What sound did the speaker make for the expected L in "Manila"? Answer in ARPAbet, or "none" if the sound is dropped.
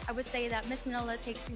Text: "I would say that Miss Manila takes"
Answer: L